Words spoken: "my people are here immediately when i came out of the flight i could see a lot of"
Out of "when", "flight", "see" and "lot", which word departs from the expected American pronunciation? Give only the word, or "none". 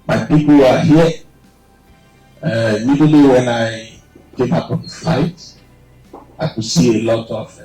flight